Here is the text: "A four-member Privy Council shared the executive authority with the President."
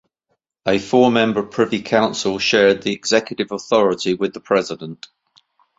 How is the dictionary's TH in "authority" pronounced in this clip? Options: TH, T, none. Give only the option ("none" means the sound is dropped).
TH